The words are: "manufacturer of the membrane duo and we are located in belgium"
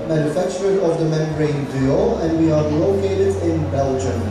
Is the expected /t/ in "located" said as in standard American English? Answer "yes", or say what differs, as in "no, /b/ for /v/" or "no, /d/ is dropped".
yes